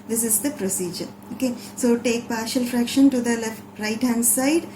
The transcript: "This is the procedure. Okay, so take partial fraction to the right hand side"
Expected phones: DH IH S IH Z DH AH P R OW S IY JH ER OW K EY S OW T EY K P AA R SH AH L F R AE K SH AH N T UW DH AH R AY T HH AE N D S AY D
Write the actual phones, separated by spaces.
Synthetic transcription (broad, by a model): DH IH S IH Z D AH P R OW S IY JH ER OW K EY S OW T EY K P AA R SH AH L F R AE K SH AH N T UW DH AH R AY T HH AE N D S AY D